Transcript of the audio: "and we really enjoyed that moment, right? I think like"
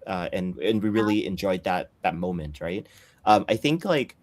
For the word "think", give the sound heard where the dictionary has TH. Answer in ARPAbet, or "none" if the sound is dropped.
TH